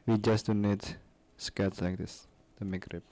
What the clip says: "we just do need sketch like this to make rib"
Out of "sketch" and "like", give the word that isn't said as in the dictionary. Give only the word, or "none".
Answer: sketch